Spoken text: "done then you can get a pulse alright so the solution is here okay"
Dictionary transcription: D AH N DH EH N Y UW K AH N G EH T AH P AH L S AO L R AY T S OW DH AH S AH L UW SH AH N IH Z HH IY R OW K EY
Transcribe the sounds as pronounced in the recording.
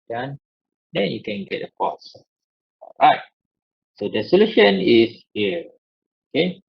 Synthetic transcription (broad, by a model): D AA N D EH N Y UW K AH N G EH T AH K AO S AO L R AY T S OW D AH S AH L UW SH AH N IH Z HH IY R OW K EY